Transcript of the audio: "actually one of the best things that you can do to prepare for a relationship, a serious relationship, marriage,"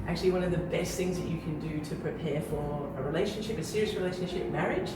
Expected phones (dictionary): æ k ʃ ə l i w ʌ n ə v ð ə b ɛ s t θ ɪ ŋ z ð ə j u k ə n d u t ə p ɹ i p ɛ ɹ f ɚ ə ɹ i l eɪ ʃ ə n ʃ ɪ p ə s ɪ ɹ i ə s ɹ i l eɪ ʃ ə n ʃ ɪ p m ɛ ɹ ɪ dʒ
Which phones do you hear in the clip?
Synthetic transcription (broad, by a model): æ k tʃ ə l i w ʌ n ə v ð ə b ɛ s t θ ɪ ŋ z ð ə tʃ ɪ k ə n d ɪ t ə p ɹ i p ɛ f ɚ ə ɹ i l eɪ ʃ ə n ʃ ɪ p ə s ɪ ɹ i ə s ɹ i l eɪ ʃ ə n ʃ ɪ p m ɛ ɹ ɪ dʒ